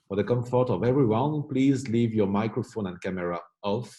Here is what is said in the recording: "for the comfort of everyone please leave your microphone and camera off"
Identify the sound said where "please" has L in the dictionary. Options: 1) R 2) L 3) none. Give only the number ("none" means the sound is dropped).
2